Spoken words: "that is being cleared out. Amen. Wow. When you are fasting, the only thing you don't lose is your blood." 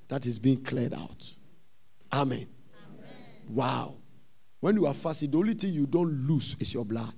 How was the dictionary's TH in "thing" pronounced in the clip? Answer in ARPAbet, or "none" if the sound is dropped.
T